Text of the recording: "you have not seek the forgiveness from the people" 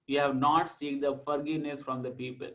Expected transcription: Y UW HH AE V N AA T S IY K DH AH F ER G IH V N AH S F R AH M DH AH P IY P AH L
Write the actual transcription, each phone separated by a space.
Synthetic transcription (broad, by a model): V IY HH AE V N AA T S IY K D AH F ER G IH V N AH S F R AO M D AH P IY P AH L